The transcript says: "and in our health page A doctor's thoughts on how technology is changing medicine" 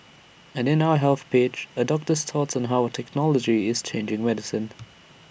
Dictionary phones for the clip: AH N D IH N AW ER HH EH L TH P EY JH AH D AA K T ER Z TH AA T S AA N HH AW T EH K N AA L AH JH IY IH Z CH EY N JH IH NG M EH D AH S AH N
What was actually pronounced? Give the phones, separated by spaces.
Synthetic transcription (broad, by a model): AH N IH N AW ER HH EH L TH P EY CH AH D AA K T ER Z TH AA T S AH N HH AW T EH K N AA L AH JH IY IH Z CH EY N JH IH NG M EH D AH S AH N